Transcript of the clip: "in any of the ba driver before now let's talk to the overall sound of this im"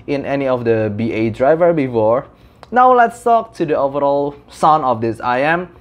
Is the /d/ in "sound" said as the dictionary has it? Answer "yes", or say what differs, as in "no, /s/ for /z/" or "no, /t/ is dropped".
no, /d/ is dropped